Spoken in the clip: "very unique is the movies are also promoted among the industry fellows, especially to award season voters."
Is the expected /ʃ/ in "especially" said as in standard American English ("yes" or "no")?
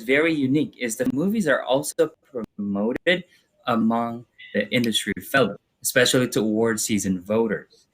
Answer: yes